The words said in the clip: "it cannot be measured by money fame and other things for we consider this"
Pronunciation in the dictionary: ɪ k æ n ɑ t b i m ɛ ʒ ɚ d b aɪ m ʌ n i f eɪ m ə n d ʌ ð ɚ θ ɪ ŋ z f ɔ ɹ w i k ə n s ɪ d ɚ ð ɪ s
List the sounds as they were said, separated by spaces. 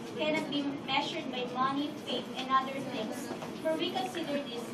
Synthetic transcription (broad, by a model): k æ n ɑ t b i m ɛ ʃ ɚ d b aɪ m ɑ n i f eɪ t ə n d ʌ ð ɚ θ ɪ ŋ s f ɔ ɹ w i k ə n s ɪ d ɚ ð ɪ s